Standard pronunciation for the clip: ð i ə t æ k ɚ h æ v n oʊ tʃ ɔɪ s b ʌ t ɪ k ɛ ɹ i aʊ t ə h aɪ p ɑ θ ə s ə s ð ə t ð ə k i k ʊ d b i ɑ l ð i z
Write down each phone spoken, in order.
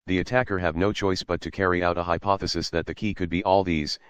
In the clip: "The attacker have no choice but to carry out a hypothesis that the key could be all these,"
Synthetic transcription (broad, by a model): ð i ə t æ k ɚ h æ v n oʊ tʃ ɔɪ s b ʌ t ɪ k ɛ ɹ i aʊ t ə h aɪ p ɑ θ ə s ə s ð ə t ð ə k i k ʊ d b i ɑ l ð i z